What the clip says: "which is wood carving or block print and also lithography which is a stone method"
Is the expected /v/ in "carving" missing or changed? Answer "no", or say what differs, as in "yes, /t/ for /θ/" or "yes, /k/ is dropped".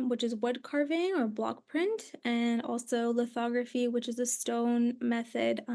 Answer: no